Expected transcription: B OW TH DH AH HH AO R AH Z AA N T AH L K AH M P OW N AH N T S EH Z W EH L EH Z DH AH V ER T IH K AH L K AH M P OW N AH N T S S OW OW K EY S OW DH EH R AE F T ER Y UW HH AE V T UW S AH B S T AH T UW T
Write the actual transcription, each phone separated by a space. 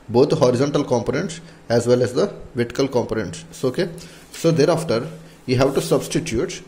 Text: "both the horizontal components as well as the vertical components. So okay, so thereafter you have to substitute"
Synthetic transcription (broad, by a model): B OW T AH HH AO R AH Z AA N T AH L K AH M P OW N AH N T S EH Z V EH L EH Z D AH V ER T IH K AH L K AH M P OW N AH N T S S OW OW K EY S OW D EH R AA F T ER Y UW HH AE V T UW S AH B S T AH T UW T